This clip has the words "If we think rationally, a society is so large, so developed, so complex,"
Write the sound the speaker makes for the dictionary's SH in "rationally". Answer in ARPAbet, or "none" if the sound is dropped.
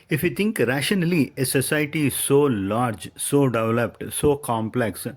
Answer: SH